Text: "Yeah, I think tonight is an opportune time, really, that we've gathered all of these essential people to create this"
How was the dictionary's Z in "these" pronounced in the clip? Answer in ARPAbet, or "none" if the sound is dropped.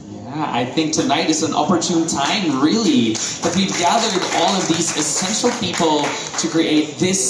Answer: Z